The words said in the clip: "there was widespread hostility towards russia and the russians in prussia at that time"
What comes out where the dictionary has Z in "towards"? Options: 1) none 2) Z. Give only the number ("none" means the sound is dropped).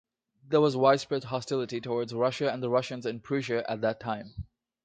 2